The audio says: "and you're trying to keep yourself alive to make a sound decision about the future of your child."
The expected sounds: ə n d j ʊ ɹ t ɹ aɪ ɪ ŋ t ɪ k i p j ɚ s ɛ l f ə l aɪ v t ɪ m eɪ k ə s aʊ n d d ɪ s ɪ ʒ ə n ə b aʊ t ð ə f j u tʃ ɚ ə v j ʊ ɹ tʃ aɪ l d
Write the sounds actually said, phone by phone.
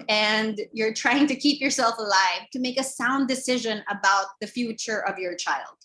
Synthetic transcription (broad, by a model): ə n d j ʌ ɹ t ɹ aɪ ɪ ŋ t ɪ k i p j ɚ s ɛ l f ə l aɪ v t ɪ m eɪ k ə s aʊ n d d ɪ s ɪ ʒ ə n ə b aʊ t ð ə f j u tʃ ɚ ə v j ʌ ɹ tʃ aɪ l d